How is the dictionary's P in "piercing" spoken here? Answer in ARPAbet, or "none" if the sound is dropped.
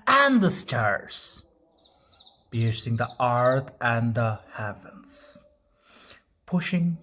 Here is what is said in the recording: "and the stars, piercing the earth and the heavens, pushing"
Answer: B